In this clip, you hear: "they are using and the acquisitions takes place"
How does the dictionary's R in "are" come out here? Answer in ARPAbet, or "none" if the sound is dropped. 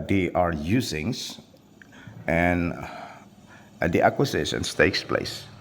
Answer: R